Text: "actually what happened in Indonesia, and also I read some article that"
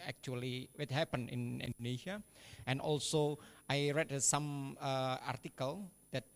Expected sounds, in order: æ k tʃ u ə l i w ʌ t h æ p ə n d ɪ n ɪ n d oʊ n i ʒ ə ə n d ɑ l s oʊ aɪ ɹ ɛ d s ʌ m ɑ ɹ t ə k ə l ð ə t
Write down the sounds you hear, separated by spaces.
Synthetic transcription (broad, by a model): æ k tʃ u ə l i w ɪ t h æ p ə n ɪ n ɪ n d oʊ n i ʃ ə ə n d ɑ l s oʊ aɪ ɹ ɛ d s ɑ m ɑ ɹ t ə k ə l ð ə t